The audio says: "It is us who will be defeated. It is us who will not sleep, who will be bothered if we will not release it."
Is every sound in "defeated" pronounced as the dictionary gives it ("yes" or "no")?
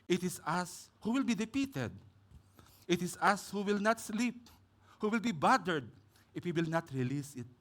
no